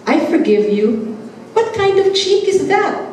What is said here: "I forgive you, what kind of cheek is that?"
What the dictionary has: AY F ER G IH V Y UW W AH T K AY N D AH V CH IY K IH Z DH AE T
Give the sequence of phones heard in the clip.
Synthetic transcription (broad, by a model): AY F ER G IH V Y UW W AH T K AY N D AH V CH IY K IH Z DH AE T